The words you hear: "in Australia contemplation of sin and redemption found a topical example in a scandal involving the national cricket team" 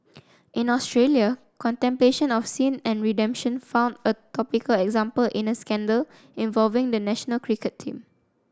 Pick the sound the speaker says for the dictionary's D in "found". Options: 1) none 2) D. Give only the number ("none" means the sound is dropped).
2